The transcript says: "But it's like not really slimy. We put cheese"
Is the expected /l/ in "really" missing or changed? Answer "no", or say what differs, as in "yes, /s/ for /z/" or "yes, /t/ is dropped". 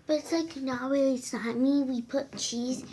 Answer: yes, /l/ is dropped